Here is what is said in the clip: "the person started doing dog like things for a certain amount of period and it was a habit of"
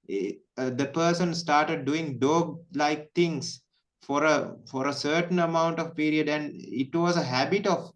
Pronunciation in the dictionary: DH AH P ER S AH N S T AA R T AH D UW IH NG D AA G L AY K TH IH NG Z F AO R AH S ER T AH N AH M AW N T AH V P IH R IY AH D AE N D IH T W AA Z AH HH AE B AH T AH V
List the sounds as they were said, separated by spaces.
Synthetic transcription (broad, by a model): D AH P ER S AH N S T AA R T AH D UW IH NG D AA G L AY K T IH NG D F AO R AH S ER T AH N AH M AW N T AH V P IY R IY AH D AE N D IH T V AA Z AH HH AE B AH T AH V